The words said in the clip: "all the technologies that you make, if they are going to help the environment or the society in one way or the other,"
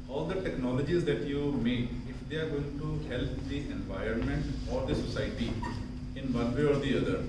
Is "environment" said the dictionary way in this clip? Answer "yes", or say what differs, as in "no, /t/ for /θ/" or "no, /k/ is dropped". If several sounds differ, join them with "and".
yes